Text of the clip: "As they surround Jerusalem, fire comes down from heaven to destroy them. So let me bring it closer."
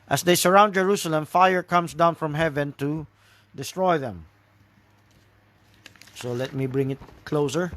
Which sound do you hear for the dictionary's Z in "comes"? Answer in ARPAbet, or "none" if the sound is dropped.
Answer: S